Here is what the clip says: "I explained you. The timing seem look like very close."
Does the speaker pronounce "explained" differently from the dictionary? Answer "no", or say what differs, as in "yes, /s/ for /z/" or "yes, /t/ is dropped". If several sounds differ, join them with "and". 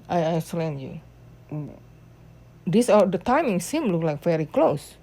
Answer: yes, /p/ is dropped